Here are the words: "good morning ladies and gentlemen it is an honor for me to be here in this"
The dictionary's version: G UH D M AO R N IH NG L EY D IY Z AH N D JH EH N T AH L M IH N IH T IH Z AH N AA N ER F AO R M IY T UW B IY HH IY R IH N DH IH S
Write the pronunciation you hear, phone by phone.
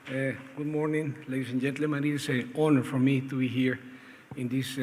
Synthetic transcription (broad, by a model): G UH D M AO R N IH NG L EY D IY S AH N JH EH N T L IH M IH T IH S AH AA N ER F AO R M IY T UW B IY HH IY R IH N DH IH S